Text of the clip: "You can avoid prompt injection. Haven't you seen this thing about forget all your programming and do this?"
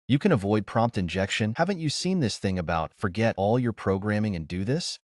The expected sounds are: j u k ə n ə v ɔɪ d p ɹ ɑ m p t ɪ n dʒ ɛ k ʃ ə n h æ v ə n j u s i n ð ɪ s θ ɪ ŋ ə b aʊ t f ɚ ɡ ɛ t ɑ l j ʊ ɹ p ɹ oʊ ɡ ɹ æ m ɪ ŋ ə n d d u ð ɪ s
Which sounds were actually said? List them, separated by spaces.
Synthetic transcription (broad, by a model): j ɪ k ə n ə v ɔɪ d p ɹ ɑ m p t ɪ n dʒ ɛ k ʃ ə n h æ v ə n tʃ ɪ s i n ð ɪ s θ ɪ ŋ ə b aʊ t f ɚ ɡ ɛ t ɑ l j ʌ ɹ p ɹ oʊ ɡ ɹ æ m ɪ ŋ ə n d d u ð ɪ s